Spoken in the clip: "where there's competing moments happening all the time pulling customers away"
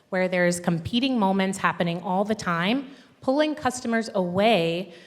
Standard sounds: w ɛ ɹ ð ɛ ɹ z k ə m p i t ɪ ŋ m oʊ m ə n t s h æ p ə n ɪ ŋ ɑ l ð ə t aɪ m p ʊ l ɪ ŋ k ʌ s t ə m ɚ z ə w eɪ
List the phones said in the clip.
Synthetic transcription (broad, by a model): w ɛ ɹ ð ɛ ɹ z k ə m p i t ɪ ŋ m oʊ m ə n t s h æ p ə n ɪ ŋ ɑ l ð ə t aɪ m p ʊ l ɪ ŋ k ʌ s t ə m ɚ z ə w eɪ